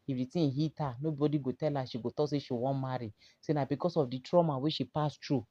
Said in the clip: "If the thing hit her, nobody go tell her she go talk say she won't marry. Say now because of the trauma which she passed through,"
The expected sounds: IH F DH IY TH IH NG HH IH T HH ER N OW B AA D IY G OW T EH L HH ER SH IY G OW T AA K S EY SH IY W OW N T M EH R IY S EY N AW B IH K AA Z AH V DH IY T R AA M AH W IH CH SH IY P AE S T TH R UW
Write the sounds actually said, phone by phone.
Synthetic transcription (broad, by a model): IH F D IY T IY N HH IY T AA N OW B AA D IY G OW T EH L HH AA SH IY G OW T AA S EY SH IY W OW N M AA R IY S EY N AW B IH K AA S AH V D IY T R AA M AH W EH SH IY P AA S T R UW